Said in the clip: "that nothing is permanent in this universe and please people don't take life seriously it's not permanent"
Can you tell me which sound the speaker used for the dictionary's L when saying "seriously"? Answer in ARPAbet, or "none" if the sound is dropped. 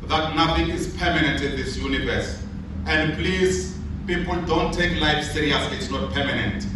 none